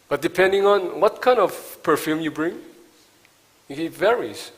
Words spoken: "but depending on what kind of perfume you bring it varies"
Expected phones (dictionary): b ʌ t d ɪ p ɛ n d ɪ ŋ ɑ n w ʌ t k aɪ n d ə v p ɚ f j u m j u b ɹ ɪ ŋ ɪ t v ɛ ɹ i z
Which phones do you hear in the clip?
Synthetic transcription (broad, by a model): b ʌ t d ɪ p ɛ n d ɪ ŋ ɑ n w ʌ t k aɪ n d ə v p ɚ f j u m j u b ɹ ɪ ŋ ɪ t v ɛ ɹ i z